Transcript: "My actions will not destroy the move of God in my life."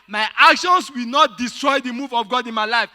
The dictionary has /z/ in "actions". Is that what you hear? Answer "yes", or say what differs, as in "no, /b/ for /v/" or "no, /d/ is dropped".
no, /s/ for /z/